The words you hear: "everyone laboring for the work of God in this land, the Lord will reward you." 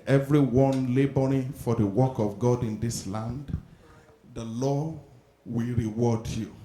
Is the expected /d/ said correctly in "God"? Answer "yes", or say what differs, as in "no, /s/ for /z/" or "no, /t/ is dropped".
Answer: yes